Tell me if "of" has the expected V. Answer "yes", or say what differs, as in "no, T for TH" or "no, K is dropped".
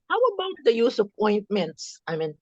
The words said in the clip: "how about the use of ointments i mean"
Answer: no, P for V